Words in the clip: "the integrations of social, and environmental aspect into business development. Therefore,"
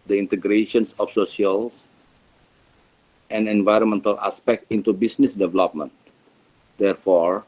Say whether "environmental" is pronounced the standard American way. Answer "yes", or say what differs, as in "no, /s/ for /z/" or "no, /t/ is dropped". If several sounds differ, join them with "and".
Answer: yes